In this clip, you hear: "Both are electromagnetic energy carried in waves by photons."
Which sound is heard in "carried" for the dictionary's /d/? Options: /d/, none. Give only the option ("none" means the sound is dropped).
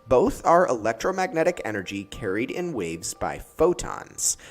/d/